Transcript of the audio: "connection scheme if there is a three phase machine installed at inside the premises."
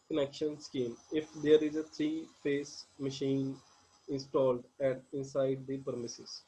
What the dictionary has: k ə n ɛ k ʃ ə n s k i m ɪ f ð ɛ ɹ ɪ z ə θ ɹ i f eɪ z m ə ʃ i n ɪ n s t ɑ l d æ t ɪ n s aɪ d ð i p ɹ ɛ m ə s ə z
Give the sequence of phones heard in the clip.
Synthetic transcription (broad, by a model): k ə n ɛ k ʃ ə n s k i m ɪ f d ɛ ɹ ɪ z ə t ɹ i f eɪ s m ə ʃ i n ɪ n s t ɑ l d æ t ɪ n s aɪ d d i p ɹ m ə s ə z